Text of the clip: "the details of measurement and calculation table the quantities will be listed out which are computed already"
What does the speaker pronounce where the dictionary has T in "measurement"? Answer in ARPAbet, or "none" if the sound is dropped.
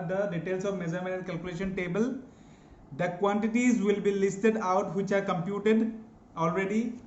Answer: none